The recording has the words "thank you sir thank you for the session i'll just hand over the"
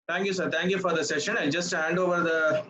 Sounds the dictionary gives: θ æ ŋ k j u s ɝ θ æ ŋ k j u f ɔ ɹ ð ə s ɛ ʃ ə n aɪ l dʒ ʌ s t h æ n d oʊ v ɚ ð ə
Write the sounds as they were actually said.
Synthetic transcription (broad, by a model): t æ ŋ k j u s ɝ t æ ŋ k j u f ɔ ɹ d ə s ɛ ʃ ə n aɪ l dʒ ʌ s t h æ n d oʊ v ɚ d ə